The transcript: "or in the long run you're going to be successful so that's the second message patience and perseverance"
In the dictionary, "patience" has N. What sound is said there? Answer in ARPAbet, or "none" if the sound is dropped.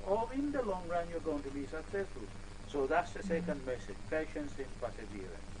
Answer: N